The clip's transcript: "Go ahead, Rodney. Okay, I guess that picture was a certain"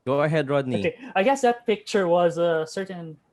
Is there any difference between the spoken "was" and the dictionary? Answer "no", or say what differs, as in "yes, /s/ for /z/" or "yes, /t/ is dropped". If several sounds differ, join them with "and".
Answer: no